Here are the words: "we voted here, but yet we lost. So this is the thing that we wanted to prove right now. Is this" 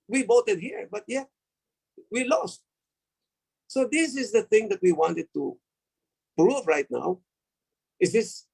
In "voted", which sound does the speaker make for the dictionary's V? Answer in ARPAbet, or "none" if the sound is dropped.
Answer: B